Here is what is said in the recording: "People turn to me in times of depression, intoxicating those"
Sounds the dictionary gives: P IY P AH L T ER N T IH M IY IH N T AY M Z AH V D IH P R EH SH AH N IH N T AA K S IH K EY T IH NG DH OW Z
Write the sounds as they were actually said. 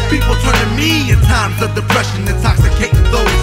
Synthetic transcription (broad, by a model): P IY P L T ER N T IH M IY IH N T AY M Z AH V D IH P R EH SH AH N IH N T AA K S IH K EY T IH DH OW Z